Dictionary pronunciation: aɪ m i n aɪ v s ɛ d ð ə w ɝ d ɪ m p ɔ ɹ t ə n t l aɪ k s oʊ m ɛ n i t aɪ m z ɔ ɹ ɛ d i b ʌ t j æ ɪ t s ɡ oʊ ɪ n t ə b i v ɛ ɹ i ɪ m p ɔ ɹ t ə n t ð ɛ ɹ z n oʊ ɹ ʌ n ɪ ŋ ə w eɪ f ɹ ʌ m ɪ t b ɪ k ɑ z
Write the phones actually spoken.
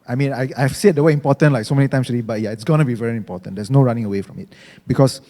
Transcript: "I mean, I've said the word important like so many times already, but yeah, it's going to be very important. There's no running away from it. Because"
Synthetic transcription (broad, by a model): aɪ m i n aɪ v s ɛ d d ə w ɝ ɪ m p ɔ t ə n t l aɪ k s oʊ m ɛ n i t aɪ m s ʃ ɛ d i b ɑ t j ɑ ɪ t s ɡ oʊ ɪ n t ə b i v ɛ ɹ i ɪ m p ɔ t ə n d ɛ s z n oʊ ɹ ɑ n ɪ ŋ ə w eɪ f ɹ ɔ m ɪ t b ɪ k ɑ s